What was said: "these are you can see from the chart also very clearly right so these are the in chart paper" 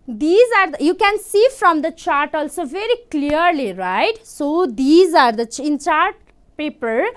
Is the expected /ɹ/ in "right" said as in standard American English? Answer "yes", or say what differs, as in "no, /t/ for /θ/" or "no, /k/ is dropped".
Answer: yes